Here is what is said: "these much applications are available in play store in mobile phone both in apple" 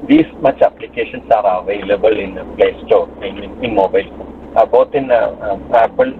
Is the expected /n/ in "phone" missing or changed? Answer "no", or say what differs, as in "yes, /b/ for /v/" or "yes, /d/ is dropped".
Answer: yes, /l/ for /n/